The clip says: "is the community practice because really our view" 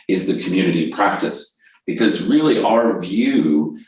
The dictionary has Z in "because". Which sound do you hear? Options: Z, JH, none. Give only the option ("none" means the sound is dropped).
Z